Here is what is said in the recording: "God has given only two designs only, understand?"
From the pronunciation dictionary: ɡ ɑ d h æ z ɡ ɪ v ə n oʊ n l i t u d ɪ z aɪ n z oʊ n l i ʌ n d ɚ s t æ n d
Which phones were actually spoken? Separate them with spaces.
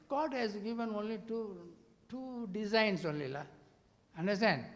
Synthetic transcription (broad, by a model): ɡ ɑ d h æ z ɡ ɪ v ə n oʊ n l i t u d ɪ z aɪ n s oʊ n l i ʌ n d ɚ s t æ n d